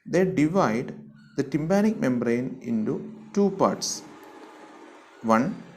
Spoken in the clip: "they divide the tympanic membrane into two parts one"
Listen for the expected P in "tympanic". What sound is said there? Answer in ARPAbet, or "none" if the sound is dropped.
B